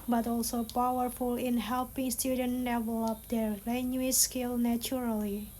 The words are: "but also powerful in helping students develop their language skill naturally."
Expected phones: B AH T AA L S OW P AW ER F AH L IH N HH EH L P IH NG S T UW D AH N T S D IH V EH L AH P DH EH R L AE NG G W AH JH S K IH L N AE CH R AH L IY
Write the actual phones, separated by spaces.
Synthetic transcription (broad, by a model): B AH T AA L S OW P AW ER F AH L IH N HH EH L P IH NG S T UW D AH N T D IH V EH L AH P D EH R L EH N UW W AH S K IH L N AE CH R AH L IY